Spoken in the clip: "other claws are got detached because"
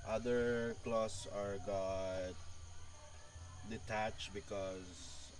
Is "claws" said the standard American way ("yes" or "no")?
no